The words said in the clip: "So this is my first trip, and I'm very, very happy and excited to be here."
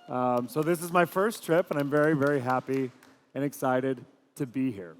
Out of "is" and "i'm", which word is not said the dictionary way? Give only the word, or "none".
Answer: none